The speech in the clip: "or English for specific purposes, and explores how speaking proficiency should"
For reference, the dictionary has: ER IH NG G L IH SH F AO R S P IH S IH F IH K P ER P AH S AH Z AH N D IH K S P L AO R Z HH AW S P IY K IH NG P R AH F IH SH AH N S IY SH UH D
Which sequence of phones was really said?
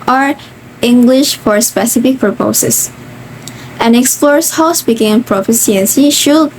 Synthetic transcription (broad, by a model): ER IH NG G L IH SH F AO R S P IH S IH F IH K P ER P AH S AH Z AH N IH K S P L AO R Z HH AW S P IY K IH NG P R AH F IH S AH N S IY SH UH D